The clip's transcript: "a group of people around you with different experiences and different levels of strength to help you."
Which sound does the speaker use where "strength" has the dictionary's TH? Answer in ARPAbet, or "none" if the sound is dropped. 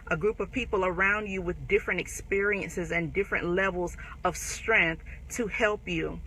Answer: TH